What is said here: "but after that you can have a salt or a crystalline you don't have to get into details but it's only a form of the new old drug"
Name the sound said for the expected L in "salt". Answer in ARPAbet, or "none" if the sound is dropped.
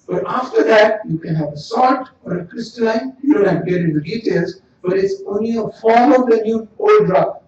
none